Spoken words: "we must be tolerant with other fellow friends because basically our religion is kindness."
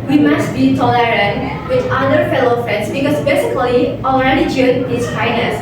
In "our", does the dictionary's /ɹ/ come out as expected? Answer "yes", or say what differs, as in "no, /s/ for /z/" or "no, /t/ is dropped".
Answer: no, /l/ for /ɹ/